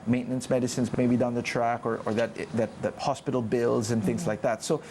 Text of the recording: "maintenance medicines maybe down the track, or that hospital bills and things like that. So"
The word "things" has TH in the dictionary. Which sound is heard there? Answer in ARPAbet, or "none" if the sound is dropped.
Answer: TH